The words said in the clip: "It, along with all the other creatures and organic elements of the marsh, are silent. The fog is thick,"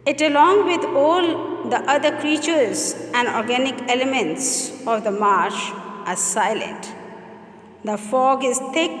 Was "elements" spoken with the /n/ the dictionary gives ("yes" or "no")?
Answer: yes